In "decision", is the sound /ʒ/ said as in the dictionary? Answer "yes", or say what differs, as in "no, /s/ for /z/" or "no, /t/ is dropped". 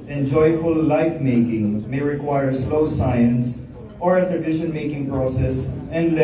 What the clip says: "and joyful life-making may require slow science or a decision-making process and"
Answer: no, /ʃ/ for /ʒ/